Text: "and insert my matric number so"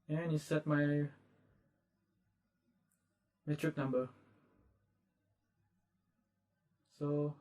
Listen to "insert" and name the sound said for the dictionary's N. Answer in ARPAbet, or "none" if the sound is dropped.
none